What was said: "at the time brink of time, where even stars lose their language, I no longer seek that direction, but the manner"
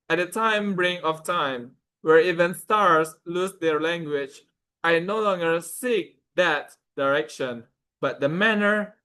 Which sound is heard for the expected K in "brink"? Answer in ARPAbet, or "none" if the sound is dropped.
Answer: none